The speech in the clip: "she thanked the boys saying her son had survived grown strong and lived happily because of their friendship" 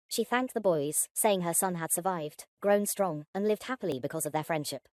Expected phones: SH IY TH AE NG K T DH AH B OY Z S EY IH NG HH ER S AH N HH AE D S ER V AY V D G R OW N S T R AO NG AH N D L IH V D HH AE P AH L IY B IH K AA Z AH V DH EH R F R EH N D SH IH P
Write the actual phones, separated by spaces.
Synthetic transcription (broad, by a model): SH IY TH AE NG K DH AH B OY Z S EY IH NG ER S AH N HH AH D S ER V AY V D G R OW N S T R AO NG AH N L IH V D HH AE P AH L IY B IH K AA Z AH V DH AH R F R EH N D SH IH P